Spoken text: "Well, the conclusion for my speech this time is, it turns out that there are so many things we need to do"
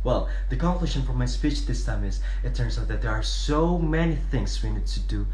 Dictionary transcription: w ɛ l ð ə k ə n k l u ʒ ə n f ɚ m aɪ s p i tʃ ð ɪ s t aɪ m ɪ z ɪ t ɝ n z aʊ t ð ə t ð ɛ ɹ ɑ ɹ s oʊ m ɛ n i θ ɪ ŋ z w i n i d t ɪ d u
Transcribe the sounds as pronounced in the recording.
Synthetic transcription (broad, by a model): w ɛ l ð ə k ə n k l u ʃ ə n f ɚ m aɪ s p i tʃ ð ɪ s t aɪ m ɪ z ɪ t ɝ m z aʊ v ð ə t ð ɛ ɹ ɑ ɹ s oʊ m ɛ n i θ ɪ ŋ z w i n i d t ɪ d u